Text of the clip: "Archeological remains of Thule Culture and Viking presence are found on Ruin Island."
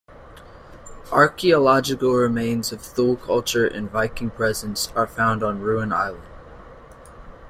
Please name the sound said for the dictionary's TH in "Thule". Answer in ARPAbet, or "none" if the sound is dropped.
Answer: TH